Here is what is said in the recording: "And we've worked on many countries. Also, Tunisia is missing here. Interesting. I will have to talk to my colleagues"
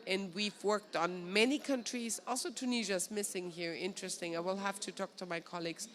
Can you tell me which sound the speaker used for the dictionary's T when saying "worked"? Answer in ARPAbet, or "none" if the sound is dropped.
T